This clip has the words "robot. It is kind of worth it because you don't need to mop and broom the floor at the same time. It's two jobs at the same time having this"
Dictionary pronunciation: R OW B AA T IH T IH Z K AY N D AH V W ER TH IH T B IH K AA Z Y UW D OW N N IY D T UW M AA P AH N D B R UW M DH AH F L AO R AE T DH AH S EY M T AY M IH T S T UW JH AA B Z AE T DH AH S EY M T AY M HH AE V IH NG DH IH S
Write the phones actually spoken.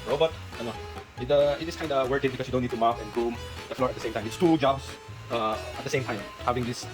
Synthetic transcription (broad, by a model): R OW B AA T IH T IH S K AY N D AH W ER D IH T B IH K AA S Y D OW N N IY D T UW M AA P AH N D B UW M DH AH F L AO R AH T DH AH S EY M T AY M IH T S T UW JH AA B S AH T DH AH S EY M T AY M HH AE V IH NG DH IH S